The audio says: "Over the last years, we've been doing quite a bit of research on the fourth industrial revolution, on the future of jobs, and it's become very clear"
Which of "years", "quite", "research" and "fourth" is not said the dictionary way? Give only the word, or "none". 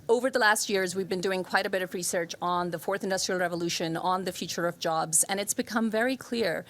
none